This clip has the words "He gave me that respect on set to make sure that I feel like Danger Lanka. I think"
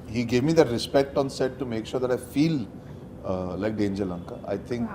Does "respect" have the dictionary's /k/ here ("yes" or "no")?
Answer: yes